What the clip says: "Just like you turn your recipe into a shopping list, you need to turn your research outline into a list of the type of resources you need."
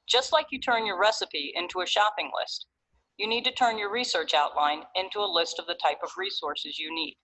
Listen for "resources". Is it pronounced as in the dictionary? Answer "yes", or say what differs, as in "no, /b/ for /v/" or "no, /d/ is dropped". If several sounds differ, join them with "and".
yes